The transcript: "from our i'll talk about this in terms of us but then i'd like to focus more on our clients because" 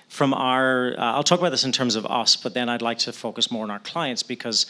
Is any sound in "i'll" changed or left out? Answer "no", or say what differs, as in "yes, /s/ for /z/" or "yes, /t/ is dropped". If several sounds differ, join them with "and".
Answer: no